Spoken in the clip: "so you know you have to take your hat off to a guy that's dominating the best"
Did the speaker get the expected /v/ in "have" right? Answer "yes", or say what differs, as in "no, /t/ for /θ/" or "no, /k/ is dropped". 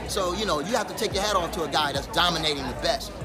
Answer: no, /f/ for /v/